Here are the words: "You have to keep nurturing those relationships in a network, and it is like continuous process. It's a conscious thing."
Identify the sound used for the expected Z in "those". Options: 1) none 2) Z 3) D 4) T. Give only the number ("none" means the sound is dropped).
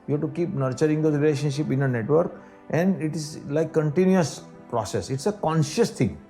1